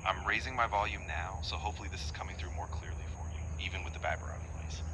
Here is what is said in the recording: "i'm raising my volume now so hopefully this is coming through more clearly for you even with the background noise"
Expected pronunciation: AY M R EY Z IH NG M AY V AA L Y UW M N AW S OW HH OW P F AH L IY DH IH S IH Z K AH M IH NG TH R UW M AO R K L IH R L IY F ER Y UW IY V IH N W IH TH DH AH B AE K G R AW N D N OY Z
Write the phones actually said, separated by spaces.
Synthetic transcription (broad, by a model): AY M R EY Z IH NG M AY V AA L Y UW M N AW S OW HH OW P F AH L IY DH IH S IH Z K AH M IH NG TH R UW M AO R K L IH R L IY F ER Y UW IY V IH N W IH DH AH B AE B R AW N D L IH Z